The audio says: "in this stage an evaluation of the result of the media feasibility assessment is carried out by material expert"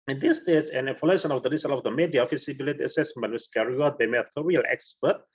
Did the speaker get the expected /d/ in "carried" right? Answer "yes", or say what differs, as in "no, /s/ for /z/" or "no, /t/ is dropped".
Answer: no, /d/ is dropped